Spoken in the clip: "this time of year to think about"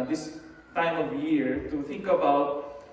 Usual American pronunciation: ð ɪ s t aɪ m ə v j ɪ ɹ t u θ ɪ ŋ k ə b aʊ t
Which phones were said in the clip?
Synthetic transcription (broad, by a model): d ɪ s t aɪ m ə v j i ɹ t u t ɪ ŋ k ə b aʊ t